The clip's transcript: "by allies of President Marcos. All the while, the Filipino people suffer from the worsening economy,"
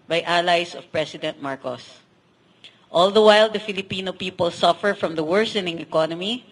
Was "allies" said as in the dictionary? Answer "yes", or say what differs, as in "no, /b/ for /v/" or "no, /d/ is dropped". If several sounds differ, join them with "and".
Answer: no, /s/ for /z/